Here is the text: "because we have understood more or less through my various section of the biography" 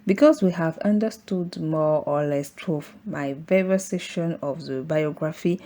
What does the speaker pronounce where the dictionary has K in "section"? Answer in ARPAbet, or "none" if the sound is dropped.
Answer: none